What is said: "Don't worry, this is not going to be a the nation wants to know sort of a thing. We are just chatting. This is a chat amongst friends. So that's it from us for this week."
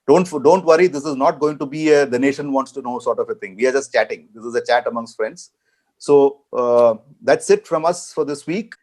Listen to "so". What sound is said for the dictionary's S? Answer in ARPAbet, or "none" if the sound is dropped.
S